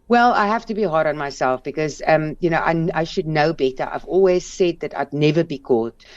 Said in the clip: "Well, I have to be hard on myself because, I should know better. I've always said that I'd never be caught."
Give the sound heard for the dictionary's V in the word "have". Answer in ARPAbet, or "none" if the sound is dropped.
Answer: F